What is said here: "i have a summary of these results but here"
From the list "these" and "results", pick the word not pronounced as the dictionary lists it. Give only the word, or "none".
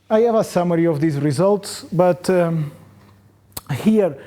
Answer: none